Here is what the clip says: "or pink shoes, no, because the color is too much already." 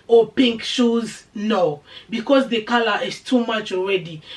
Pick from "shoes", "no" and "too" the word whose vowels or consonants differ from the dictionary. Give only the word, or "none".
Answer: none